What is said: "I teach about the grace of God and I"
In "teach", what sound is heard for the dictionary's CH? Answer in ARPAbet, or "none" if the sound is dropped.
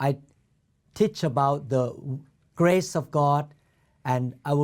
CH